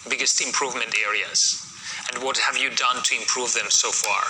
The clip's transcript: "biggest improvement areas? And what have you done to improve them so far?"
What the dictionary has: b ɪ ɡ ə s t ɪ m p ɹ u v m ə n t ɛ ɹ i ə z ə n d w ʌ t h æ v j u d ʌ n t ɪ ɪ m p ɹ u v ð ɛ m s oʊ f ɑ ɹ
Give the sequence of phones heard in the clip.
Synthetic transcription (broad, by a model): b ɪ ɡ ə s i ɪ m p ɹ u v m ə n t ɛ ɹ i ə z ə n d w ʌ t h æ v j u d ʌ n t ɪ ɪ m p ɹ u v ð ɛ m s oʊ f ɑ ɹ